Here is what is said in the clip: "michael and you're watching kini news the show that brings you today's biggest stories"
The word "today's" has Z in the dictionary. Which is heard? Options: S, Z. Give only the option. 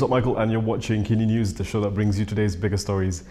Z